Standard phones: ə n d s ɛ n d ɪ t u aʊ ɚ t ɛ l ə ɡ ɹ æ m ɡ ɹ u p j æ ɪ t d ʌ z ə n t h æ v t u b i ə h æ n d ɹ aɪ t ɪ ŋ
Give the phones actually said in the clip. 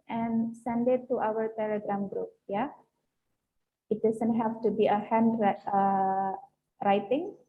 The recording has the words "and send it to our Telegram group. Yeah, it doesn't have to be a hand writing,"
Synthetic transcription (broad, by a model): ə n s ɛ n d ɪ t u aʊ ɚ t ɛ l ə ɡ ɹ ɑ m ɡ ɹ u p j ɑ ɪ t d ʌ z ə n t h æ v t u b i ə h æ n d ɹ aɪ t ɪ ŋ